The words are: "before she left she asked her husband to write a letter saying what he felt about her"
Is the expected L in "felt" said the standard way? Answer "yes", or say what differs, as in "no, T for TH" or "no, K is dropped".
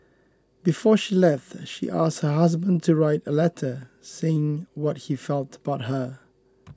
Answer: yes